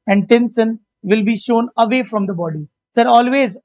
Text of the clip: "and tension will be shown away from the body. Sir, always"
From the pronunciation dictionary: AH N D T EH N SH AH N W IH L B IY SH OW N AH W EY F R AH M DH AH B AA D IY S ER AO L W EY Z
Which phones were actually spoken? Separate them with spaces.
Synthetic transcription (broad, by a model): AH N D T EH N S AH N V IH L B IY SH OW N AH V EY F R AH M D AH B AA D IY S ER AO L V EY Z